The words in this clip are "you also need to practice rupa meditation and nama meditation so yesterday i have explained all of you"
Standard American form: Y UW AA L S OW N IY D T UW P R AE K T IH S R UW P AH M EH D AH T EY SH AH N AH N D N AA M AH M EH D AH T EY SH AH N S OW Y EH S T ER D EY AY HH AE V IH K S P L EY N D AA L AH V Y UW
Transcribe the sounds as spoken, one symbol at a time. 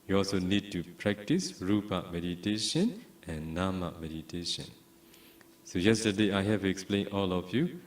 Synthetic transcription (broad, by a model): Y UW AA L S OW N IY D T UW P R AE K T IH S R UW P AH M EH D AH T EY SH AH N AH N N AA M AH M EH D AH T EY SH AH N S OW Y EH S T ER D EY AY HH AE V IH K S P L EY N AA L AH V Y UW